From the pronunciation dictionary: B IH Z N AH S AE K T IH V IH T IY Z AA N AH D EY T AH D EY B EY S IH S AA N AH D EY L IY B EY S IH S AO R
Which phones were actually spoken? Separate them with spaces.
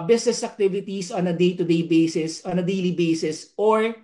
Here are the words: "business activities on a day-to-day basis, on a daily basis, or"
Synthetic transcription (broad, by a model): B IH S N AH S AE K T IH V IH T IY S AA N AH D EY T AH D EY B EY S IH S AA N AH D EY L IY B EY S IH S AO R